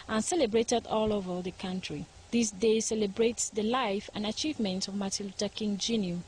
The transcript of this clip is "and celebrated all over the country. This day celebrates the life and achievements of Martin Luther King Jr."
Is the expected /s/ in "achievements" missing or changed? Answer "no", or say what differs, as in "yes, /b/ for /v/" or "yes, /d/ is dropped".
yes, /s/ is dropped